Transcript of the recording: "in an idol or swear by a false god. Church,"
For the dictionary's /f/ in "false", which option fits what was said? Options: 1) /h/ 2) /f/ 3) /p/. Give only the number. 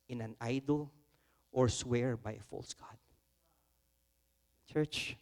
2